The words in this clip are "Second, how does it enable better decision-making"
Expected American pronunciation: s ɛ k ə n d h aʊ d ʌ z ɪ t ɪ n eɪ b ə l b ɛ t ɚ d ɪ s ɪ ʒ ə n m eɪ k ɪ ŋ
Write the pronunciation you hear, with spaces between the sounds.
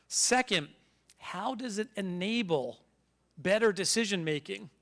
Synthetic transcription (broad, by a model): s ɛ k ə n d h aʊ d ʌ z ɪ t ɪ n eɪ b l b ɛ t ɚ d ɪ s ɪ ʒ ə n m eɪ k ɪ ŋ